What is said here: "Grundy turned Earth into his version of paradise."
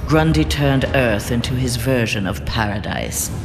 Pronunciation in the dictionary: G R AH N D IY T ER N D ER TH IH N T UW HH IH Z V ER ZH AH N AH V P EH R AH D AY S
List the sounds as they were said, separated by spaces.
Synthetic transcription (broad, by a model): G R AH N D IY T ER N D ER TH IH N T UW IH Z V ER ZH AH N AH V P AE R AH D AY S